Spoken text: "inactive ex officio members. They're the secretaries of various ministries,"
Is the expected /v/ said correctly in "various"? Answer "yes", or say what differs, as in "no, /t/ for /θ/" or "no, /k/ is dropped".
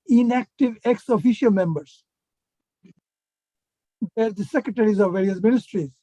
yes